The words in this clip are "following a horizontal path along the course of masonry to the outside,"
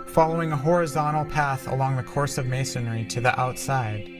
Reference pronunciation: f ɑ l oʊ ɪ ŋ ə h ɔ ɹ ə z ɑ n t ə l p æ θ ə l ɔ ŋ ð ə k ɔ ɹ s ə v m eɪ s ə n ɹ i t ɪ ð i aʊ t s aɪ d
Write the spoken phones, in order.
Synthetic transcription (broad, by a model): f ɑ l oʊ ɪ ŋ ə h ɔ ɹ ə z ɑ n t l p æ θ ə l ɔ ŋ ð ə k ɔ ɹ s ə v m eɪ s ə n ɹ i t ɪ ð i aʊ t s aɪ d